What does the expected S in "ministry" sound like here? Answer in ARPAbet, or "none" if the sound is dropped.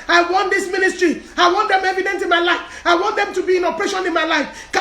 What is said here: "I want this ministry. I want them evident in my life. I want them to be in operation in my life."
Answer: S